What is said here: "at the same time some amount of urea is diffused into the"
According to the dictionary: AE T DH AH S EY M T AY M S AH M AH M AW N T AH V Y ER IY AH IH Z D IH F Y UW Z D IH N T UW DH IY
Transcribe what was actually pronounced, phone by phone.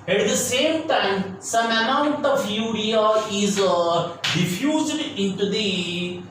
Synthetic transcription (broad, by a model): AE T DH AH S EY M T AY M S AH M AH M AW N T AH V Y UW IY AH IH Z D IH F Y UW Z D IH N T UW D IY